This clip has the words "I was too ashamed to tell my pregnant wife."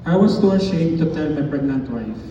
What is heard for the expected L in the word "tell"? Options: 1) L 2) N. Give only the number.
2